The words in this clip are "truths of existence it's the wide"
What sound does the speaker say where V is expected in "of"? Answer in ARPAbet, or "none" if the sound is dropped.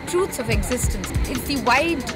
V